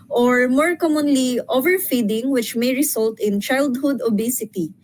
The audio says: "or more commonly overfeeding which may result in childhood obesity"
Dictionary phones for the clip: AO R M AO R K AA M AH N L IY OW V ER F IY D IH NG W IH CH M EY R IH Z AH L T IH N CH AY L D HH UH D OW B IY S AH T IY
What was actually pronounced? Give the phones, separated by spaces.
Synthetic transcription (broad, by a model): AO R M AO R K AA M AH N L IY OW V ER F IY D IH NG W IH CH M EY R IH S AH L T IH N CH AY L D HH UH D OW B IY S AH T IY